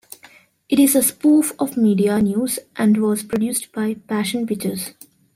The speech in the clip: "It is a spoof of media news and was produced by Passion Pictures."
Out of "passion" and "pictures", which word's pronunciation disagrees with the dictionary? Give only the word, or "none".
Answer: pictures